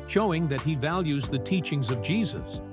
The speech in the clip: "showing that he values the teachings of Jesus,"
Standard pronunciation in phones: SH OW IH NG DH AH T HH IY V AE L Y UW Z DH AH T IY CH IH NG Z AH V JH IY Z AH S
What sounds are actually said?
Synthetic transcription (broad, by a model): SH OW IH NG DH AH T HH IY V AE L Y UW Z DH AH T IY CH IH NG Z AH V JH IY Z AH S